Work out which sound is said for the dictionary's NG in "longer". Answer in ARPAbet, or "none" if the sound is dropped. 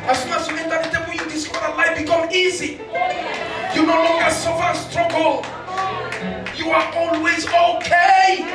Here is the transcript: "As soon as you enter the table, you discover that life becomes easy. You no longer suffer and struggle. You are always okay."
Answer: NG